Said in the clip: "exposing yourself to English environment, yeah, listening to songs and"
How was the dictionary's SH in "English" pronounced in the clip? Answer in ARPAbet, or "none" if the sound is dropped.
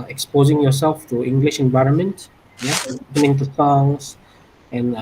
SH